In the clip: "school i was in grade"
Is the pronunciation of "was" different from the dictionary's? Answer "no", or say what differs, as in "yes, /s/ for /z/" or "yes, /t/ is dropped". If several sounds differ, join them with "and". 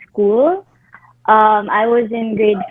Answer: no